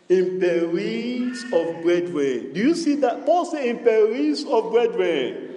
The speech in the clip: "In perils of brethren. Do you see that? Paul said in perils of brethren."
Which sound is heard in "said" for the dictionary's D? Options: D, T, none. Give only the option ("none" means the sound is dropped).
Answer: none